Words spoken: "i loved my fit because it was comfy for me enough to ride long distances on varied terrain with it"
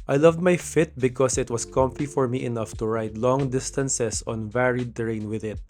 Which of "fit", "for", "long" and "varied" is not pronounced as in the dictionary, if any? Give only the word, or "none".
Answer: none